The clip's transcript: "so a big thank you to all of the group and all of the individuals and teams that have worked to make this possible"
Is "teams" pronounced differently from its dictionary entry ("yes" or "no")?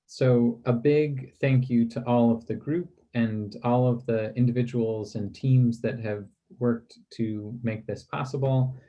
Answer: no